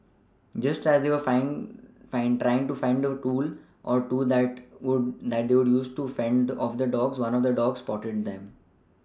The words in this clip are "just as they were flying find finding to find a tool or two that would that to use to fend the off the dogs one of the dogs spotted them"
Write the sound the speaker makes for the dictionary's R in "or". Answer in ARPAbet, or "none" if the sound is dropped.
R